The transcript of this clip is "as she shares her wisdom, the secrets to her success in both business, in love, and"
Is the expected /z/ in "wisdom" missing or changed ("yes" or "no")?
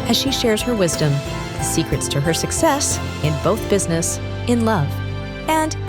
no